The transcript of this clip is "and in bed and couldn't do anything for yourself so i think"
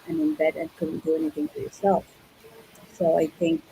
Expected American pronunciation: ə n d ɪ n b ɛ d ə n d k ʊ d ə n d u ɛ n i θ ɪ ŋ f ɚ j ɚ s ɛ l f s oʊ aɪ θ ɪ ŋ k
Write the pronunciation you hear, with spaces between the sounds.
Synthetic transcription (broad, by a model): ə n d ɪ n b ɛ d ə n k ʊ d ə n d u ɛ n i t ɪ ŋ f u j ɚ s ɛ l f s oʊ aɪ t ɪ ŋ k